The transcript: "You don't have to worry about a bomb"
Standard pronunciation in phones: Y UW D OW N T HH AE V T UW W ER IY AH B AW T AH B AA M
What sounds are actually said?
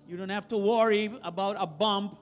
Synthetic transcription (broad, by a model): Y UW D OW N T HH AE F T UW W ER IY AH B AW T AH B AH M